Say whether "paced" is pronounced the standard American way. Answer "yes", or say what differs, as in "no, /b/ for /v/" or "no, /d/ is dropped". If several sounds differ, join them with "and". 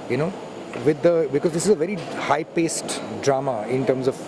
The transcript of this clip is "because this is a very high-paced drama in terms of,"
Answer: yes